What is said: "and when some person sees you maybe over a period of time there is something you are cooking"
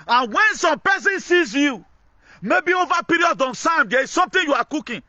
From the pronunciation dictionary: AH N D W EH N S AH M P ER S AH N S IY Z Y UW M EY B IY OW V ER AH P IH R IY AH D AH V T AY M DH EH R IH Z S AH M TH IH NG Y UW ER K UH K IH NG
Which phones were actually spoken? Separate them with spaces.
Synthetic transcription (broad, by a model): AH N W EH N S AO M P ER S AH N S IY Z Y UW M EY B IY OW V AH P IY R IY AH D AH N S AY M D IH S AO M T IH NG Y UW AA K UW K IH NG